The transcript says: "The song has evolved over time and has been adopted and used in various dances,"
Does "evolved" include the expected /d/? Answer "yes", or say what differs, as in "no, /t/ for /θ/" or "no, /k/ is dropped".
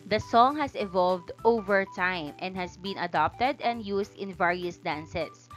yes